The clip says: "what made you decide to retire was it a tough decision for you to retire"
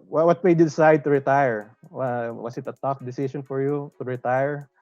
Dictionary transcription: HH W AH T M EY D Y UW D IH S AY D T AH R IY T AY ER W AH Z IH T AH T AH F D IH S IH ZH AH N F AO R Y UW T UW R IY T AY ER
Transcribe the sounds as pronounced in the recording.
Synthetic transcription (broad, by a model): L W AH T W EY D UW D IH S AY D T AH R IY T AY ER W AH S IH T AH T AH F D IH S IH SH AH N F AO R Y UW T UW R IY T AY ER